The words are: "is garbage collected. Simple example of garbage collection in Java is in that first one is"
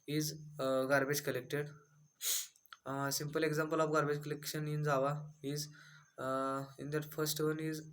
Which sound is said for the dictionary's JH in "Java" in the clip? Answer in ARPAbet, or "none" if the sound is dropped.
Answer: Z